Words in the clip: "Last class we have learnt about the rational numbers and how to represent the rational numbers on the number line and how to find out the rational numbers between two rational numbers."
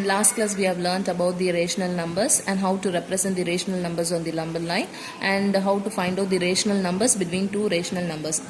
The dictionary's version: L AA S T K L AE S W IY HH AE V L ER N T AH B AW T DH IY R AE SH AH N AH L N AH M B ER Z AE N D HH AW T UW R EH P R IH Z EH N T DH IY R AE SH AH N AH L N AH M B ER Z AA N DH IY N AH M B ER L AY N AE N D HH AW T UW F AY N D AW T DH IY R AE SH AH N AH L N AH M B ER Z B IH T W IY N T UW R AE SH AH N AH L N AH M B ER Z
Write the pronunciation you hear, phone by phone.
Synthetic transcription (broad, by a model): L AA S T K L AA S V IY HH AE V L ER N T AH B AW T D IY R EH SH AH N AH L N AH M B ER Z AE N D HH AW T UW R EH P R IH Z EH N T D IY R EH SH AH N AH L N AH M B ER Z AA N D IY L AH M B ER L AY N AE N D HH AW T UW F AY N D AW T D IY R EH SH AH N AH L N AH M B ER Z B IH T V IY N T UW R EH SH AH N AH L N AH M B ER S